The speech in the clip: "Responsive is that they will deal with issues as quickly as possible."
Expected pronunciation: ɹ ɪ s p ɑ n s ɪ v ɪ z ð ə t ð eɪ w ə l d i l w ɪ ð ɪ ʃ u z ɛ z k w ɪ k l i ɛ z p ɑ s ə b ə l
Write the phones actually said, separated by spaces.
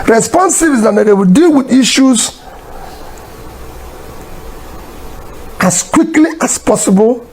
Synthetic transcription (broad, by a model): ɹ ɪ s p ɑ n s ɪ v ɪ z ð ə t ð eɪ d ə w d i l w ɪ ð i ʃ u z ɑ s k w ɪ k l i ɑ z p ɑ s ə b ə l